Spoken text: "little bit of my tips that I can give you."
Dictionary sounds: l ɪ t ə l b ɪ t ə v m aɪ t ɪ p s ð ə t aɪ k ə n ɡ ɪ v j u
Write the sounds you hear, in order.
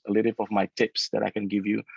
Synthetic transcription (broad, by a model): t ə l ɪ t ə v m aɪ t ɪ p s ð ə t aɪ k ə n ɡ ɪ v j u